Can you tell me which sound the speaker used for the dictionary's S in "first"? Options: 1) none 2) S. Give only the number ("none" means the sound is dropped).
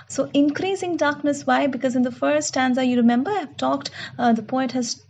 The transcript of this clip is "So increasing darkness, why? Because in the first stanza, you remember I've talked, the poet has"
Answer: 1